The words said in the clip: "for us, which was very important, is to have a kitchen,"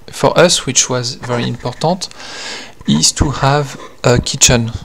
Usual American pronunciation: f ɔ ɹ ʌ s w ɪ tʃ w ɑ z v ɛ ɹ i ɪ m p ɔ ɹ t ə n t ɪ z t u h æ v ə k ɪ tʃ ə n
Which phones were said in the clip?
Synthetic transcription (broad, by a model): f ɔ ɹ ʌ s w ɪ tʃ w ɑ z v ɛ ɹ i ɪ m p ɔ ɹ t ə t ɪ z t u h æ v ə k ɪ tʃ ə n